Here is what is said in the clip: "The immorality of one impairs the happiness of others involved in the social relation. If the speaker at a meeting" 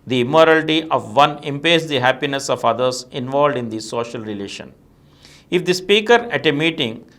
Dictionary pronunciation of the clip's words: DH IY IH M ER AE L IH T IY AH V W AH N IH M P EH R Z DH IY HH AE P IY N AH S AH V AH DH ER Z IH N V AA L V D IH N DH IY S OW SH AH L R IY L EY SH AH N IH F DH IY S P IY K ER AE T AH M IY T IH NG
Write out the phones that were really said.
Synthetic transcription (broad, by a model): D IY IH M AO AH L T IY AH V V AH N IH M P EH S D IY HH AE P IY N AH S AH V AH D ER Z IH N V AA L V D IH N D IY S OW SH AH L R IY L EY SH AH N IH F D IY S P IY K ER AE T AH M IY T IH NG